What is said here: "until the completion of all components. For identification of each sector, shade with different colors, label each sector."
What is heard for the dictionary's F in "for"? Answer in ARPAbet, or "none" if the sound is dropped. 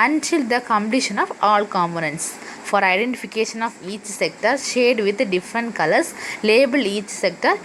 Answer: F